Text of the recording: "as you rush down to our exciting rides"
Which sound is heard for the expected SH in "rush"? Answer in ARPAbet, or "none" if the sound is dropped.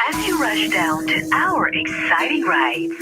SH